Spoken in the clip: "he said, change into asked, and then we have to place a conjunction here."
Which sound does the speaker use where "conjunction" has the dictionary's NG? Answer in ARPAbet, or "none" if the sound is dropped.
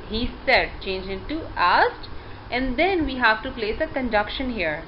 none